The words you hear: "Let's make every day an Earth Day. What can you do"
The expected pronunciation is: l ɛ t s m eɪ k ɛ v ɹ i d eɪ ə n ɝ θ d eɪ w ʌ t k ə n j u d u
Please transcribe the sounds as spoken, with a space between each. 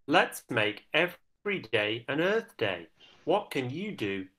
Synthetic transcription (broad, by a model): l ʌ t s m eɪ k ɛ v ɹ i d eɪ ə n ɝ θ d eɪ w ʌ t k ə n j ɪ d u